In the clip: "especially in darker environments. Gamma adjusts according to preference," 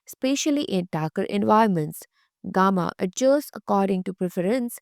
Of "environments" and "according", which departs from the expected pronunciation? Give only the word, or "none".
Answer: environments